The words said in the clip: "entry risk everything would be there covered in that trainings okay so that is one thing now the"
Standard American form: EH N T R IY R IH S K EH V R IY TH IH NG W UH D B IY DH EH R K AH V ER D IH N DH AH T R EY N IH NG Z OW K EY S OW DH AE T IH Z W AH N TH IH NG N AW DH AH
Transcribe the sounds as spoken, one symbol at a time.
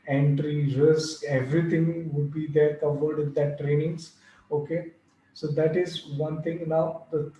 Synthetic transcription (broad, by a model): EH N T R IY R IH S K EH V R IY T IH NG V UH D B IY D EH R K AH V ER D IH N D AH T R EY N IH NG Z OW K EY S OW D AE T IH Z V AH N T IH NG N AW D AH